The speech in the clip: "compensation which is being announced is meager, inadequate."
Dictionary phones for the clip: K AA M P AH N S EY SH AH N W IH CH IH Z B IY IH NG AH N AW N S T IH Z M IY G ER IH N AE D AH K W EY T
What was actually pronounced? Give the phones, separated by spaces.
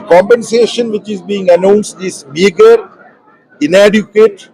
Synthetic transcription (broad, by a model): K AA M P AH N S EY SH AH N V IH CH IH Z B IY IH NG AH N AW N S T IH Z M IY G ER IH N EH D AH K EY T